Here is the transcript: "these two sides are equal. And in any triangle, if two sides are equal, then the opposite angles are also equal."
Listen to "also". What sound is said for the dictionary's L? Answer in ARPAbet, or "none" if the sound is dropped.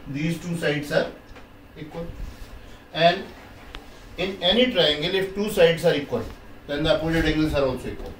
N